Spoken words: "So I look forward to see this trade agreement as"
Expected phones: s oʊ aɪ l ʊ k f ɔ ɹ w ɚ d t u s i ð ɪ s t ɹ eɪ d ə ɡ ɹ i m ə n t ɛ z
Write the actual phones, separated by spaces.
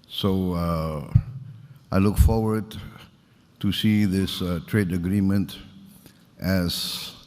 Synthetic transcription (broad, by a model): s oʊ aɪ l ʊ k f ɔ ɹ w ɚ d t u s i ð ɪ s t ɹ eɪ d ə ɡ ɹ i m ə n t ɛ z